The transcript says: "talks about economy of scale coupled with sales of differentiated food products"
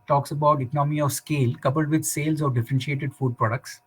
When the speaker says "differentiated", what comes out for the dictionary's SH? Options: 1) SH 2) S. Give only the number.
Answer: 1